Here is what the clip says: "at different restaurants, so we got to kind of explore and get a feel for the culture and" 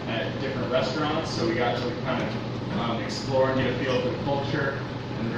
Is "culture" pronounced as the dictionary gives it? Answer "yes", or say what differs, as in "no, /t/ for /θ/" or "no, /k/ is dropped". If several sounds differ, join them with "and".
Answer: yes